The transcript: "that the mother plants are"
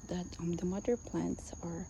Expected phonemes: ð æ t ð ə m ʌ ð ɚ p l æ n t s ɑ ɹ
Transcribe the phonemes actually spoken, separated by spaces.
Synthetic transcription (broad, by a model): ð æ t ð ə m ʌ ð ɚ p l æ n t s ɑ ɹ